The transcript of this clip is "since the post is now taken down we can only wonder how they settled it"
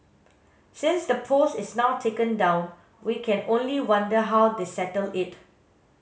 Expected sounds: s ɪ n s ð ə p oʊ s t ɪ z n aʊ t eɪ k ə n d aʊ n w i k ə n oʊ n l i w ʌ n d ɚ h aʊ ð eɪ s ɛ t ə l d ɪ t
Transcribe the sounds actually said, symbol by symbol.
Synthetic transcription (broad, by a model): s ɪ n s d ə p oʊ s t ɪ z n aʊ t eɪ k ə n d aʊ n w i k ə n oʊ n l i w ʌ n d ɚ h aʊ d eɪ s ɛ t ə l ɪ t